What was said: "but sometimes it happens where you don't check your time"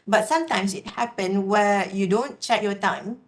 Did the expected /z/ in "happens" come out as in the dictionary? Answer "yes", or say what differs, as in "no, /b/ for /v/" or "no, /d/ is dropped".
no, /z/ is dropped